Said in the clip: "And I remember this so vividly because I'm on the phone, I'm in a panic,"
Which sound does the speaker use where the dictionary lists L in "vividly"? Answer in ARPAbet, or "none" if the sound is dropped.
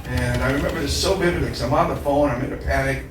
none